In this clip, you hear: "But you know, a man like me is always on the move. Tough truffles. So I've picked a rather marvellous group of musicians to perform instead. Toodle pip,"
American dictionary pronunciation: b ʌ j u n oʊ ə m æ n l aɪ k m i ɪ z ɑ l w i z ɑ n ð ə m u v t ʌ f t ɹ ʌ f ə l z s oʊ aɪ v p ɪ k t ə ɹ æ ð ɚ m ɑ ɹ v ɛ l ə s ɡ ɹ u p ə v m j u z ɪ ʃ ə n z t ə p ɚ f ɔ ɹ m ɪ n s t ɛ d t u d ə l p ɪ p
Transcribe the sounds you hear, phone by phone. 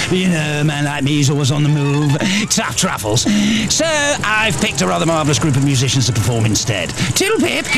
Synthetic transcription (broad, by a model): j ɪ n oʊ ə m æ n l aɪ k m i ɪ z ɑ l w i z n ð ə m u v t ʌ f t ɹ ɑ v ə l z s oʊ aɪ v p ɪ k t ə ɹ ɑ ð ɚ m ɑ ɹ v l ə s ɡ ɹ u p ə v m j u z ɪ ʃ ə n z t ə p ɚ f ɔ ɹ m ɪ n s t ɛ d t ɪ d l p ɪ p